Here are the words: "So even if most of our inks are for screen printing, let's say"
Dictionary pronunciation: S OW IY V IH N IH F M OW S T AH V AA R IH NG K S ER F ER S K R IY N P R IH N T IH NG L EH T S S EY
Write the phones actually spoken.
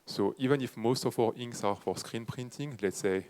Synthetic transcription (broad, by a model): S OW IY V IH N IH F M OW S T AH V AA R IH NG S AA F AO S K R IY N P R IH N T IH NG L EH T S S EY